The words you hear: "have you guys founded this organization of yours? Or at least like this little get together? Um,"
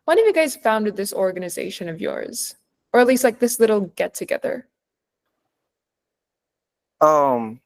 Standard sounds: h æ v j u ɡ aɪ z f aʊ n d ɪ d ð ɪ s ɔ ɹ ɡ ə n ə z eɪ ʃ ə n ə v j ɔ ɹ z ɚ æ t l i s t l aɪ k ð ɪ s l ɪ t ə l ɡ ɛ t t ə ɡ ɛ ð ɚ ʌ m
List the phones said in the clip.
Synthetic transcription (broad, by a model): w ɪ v j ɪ ɡ aɪ z f aʊ n d ɪ d ð ɪ s ɔ ɹ ɡ ə n ə z eɪ ʃ ə n ə v j ɔ ɹ z ɚ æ t l i s t l aɪ k ð ɪ s l ɪ t l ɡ ɛ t t ə ɡ ɛ ð ɚ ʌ m